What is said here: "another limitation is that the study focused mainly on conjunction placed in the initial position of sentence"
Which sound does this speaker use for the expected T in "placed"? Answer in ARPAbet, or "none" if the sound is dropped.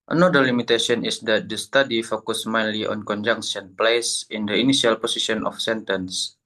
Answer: none